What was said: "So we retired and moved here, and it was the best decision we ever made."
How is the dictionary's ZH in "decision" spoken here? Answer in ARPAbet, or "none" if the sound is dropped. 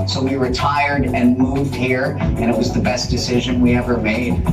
ZH